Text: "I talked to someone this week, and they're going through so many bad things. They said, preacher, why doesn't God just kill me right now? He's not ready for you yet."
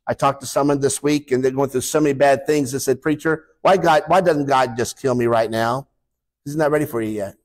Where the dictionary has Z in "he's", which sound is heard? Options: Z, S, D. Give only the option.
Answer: Z